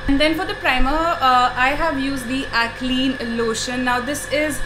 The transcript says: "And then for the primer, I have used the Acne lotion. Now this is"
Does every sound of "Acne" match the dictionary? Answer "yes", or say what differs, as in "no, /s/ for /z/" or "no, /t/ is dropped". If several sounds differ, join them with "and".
no, /l/ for /n/